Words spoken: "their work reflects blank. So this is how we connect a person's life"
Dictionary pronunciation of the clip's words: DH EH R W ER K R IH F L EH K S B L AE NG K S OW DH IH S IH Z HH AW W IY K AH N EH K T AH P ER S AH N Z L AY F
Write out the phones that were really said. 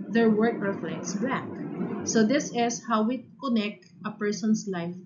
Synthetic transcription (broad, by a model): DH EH R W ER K R IH F L EH K S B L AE K S OW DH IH S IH S HH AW W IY K AH N EH K T AH P ER S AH N S L AY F